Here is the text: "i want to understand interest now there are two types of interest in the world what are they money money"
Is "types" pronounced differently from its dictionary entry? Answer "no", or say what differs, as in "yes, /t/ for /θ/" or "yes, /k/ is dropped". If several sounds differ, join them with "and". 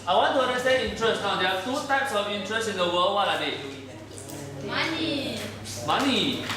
no